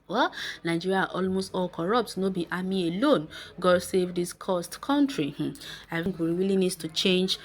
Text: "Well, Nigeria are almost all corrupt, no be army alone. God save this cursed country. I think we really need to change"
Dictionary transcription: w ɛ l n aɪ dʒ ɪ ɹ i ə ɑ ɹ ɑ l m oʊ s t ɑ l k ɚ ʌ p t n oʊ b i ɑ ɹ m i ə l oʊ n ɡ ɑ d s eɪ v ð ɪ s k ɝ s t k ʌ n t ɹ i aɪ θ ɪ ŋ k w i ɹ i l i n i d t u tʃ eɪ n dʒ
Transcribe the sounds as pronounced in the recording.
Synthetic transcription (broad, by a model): w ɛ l n aɪ dʒ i ɹ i ɑ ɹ ɑ l m oʊ s t ɑ l k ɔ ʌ p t n oʊ b i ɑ m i ə l oʊ n ɡ ɑ d s eɪ v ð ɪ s k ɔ s t k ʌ n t ɹ i aɪ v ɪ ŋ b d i w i l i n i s t u tʃ eɪ n dʒ